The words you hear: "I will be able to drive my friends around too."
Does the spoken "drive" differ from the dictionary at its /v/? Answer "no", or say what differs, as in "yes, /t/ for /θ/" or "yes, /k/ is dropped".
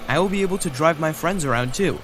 no